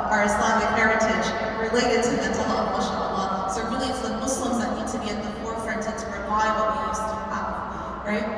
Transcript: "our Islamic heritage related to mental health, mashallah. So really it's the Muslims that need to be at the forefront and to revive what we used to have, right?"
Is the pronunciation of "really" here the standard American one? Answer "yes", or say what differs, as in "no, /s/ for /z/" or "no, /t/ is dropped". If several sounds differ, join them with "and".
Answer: yes